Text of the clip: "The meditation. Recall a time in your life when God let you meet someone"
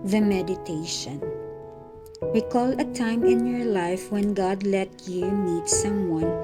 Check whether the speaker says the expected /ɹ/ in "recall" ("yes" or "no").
no